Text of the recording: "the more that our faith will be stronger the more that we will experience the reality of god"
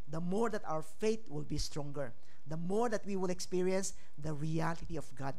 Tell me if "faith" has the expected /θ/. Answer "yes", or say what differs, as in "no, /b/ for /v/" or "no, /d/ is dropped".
no, /t/ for /θ/